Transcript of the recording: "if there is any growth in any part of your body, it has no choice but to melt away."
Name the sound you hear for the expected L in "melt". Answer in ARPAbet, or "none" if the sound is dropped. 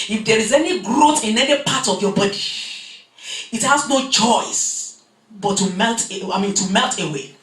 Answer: L